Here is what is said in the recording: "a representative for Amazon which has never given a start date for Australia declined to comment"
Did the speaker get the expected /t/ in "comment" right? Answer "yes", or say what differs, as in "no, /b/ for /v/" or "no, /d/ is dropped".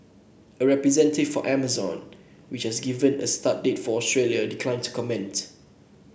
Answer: yes